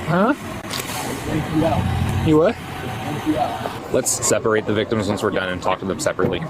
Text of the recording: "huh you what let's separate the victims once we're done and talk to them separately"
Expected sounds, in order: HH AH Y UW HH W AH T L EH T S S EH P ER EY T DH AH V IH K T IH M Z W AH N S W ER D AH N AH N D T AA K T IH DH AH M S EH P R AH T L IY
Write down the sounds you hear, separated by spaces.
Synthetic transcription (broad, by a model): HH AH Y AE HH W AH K L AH T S S EH P ER EY T DH AH V IH K T IH M Z W AH N S W ER D AH N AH N T AA K T IH DH AH M S EH P R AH T L IY